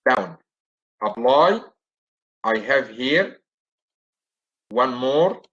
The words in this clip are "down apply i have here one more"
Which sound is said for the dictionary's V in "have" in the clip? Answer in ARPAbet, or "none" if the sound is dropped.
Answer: V